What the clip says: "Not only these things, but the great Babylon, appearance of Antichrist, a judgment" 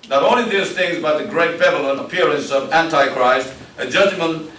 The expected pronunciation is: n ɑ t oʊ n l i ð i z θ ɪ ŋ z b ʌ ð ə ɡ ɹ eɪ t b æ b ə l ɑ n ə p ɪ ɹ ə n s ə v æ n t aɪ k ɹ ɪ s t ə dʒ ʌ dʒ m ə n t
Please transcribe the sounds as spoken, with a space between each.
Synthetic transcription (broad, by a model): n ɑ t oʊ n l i ð i z θ ɪ ŋ z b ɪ ð ə ɡ ɹ eɪ t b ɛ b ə l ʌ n ə p ɪ ɹ ə n s ə v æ n t aɪ k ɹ ɪ s t ə dʒ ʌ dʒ m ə n